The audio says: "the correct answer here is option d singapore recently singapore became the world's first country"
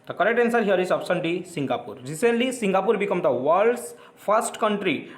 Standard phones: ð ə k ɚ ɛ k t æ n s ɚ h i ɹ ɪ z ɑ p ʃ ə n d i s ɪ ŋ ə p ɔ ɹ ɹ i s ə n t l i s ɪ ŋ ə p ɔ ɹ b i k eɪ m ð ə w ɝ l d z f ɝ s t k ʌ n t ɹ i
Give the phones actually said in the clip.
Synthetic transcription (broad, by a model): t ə k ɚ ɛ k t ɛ n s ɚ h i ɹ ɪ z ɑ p s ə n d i s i ŋ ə p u ɹ ɹ i s ə n t l i s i ŋ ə p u ɹ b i k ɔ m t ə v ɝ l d s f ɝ s t k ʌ n t ɹ i